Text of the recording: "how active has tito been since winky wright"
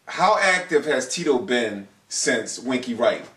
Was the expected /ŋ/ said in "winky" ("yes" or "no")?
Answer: yes